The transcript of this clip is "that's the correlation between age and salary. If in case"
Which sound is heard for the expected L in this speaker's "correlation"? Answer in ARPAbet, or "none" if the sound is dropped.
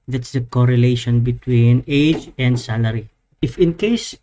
L